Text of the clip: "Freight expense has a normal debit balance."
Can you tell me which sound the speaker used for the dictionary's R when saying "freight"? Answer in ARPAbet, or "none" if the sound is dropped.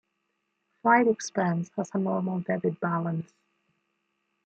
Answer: L